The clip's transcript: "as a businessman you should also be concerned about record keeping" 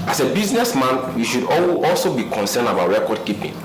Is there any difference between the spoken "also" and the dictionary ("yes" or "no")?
no